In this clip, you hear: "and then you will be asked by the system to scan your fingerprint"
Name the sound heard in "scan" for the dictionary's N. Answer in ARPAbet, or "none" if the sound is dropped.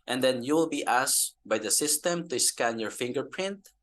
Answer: N